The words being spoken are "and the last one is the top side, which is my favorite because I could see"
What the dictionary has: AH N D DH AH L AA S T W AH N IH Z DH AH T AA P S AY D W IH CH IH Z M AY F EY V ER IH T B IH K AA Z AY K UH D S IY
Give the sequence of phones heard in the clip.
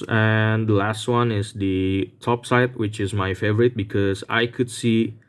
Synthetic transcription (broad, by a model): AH N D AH L AA S T W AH N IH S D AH T AA P S AY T W IH CH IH S M AY F EY V ER IH T B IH K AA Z AY K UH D S IY